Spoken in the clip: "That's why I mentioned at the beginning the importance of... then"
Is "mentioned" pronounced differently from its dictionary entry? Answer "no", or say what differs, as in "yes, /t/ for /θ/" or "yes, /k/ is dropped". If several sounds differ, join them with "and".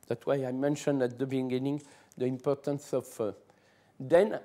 no